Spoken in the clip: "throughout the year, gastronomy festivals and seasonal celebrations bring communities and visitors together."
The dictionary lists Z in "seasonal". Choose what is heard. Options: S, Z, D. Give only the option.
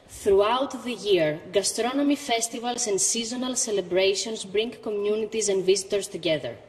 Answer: Z